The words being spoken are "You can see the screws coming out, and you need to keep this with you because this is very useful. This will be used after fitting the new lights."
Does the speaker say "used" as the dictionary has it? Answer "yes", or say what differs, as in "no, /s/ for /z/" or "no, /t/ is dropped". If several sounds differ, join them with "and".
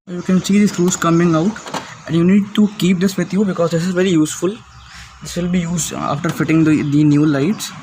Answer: no, /d/ is dropped